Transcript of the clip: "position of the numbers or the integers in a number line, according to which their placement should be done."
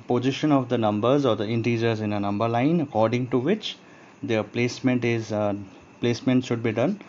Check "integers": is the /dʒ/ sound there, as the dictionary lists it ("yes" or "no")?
yes